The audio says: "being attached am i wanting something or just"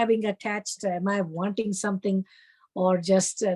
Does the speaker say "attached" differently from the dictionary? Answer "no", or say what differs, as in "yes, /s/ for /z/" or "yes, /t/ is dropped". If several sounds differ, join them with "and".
no